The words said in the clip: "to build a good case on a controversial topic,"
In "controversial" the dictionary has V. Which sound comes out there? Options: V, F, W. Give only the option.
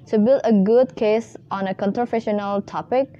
F